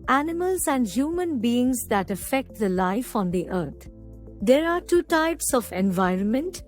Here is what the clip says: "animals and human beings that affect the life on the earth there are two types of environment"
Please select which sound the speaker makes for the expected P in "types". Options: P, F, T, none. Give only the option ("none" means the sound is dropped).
P